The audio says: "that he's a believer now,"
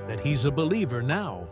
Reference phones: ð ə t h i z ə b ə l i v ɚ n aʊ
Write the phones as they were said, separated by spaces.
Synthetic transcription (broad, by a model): ð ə t h i z ə b ə l i v ɚ n aʊ